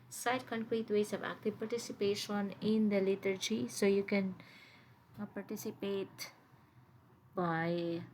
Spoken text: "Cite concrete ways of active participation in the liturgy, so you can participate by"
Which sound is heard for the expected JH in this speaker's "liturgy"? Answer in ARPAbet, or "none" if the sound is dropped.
JH